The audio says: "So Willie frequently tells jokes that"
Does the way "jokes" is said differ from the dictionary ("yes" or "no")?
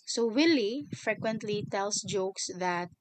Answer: no